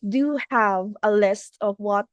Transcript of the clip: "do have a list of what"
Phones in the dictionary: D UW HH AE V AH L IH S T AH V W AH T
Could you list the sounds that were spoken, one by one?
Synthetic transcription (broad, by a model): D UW HH AE V AH L IH S T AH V W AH T